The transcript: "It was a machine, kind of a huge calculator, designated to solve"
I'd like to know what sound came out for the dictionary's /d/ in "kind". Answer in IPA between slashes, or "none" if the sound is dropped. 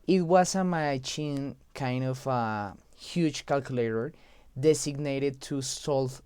/d/